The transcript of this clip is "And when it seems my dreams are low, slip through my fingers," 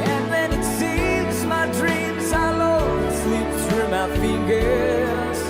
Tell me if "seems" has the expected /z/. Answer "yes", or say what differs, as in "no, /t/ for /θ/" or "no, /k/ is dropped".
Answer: yes